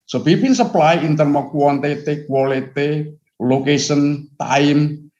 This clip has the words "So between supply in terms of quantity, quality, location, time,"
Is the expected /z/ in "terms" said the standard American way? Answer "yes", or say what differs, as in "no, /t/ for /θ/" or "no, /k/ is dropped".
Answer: no, /z/ is dropped